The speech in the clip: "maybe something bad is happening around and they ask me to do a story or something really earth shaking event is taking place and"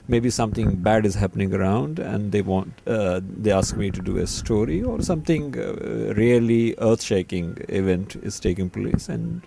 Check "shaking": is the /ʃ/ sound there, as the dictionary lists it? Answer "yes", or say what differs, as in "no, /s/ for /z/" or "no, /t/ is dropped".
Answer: yes